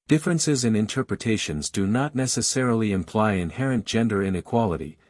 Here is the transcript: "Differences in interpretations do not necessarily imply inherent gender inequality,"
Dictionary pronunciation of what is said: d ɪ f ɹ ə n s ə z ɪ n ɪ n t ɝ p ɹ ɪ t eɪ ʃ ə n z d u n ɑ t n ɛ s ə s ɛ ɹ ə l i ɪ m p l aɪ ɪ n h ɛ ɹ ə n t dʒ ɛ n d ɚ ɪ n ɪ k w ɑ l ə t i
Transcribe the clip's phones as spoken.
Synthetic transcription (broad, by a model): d ɪ f ɹ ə n s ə z ɪ n ɪ n t ɝ p ɹ ɪ t eɪ ʃ ə n z d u n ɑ t n ɛ s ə s ɛ ɹ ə l i ɪ m p l aɪ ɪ n h ɛ ɹ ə n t dʒ ɛ n d ɚ ɪ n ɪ k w ɑ l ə t i